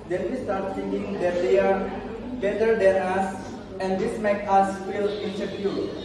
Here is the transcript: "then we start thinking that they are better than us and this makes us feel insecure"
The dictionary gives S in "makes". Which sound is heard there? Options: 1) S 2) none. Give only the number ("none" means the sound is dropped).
2